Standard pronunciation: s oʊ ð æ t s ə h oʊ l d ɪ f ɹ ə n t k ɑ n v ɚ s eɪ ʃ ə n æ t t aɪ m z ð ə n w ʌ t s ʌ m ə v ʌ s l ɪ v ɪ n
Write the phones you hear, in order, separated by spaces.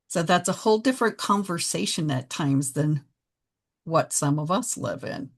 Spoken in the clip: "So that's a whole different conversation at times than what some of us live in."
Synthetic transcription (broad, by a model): s oʊ ð æ t s ə h oʊ l d ɪ f ɹ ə n k ɑ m v ɚ s eɪ ʃ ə n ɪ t t aɪ m z ð ə n w ʌ t s ʌ m ə v ʌ s l ɪ v ɪ n